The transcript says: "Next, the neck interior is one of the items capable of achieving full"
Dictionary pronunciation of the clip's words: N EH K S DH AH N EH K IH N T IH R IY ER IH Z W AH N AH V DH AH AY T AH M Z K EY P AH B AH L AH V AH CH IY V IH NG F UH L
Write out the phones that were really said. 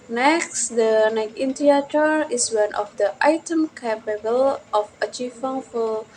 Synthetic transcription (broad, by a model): N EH K S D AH N EH K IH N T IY IY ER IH S W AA N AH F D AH AY T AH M K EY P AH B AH L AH F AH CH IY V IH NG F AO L